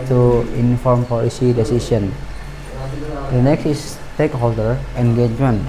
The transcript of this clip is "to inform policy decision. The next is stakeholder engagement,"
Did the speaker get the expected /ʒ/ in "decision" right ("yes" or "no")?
no